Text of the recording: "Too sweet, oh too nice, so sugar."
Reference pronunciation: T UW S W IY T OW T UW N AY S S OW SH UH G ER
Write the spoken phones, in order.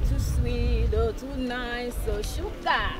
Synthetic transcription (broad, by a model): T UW S W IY OW T UW N AY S S OW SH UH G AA